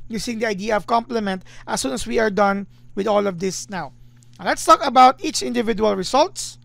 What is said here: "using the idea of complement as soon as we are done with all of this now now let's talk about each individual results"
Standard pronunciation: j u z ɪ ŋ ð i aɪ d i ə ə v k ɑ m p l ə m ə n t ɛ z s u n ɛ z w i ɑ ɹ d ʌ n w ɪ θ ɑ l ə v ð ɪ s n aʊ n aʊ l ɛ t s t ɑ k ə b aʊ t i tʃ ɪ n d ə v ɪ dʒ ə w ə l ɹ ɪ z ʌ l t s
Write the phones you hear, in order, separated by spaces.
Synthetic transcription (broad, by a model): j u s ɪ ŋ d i aɪ d i ə ə v k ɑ m p l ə m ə n t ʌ s u n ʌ s w i ɑ ɹ d ʌ n w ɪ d ɑ l ə v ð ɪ s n n aʊ l ɛ t s t ɑ k ə b aʊ t i tʃ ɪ n d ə v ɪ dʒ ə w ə l ɹ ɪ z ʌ l t s